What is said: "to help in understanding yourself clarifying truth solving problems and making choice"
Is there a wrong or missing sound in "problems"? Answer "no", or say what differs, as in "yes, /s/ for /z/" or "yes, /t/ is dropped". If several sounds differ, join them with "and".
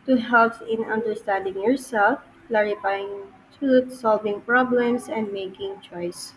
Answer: yes, /s/ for /z/